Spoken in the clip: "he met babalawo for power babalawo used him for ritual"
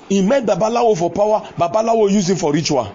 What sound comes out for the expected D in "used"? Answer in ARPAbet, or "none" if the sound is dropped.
none